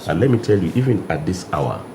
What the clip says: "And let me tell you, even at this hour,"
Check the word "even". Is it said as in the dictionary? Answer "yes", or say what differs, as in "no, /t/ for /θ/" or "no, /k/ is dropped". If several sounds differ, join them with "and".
yes